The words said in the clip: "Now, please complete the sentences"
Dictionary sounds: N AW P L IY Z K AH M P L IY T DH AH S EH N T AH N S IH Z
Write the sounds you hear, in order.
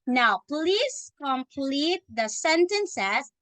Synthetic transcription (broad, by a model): N AW P L IY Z K AH M P L IY T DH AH S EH N T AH N S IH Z